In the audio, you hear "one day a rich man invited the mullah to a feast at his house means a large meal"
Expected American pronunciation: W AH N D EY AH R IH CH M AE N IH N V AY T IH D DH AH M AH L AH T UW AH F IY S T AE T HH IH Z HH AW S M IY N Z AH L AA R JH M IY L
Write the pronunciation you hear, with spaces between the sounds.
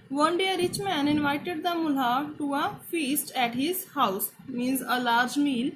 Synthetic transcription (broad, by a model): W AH N D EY AH R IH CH M AE N IH N V AY T IH D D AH M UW L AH T UW AH F IY S T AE T HH IH Z HH AW S M IY N Z AH L AA R JH M IY L